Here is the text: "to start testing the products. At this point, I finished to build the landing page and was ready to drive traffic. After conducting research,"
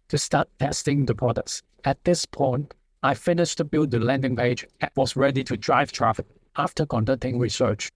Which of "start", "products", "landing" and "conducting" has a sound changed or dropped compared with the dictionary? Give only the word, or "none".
products